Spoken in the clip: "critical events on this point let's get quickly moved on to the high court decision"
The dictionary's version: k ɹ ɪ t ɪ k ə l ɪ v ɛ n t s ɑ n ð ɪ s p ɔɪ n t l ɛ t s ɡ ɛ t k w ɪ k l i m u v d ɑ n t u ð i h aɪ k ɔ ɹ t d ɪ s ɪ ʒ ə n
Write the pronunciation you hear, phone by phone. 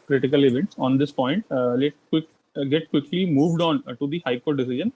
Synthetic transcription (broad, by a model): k ɹ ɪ t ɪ k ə l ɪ v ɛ n t s ɑ n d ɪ s p ɔɪ n t l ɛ t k ɡ ɛ t k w ɪ k l i m u v d ɑ n t u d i h aɪ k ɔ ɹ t d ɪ s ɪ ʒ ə n